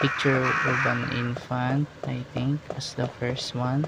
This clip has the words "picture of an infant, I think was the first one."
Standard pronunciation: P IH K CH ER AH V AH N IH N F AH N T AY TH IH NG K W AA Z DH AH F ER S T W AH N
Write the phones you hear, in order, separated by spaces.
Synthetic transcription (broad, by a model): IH K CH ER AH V AH N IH N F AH N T AY T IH NG K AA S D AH F ER S T W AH N